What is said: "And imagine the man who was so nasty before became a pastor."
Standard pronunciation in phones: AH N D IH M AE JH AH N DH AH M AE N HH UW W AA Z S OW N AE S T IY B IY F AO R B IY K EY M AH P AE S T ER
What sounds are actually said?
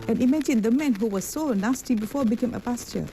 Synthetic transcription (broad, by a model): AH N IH M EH SH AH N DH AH M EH N HH UW W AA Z S OW N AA S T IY B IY F AO B IY K EY M AH P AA S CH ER